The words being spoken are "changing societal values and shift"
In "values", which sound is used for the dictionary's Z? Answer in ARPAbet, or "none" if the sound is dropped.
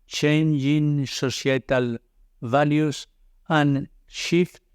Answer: S